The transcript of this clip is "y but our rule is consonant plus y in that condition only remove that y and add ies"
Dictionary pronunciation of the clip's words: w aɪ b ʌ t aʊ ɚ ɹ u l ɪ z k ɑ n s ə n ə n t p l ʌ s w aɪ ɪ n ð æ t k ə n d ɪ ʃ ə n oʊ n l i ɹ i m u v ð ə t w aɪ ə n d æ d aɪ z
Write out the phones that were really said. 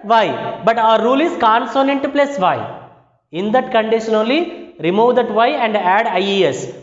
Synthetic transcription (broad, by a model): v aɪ b ʌ t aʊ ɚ ɹ u l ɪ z k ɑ n s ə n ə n t p l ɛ s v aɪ ɪ n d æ t k ə n d ɪ ʃ ə n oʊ l i ɹ i m u v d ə t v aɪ ə n d æ d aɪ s